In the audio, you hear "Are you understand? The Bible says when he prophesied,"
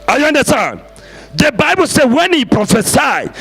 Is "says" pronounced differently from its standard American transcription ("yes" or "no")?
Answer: yes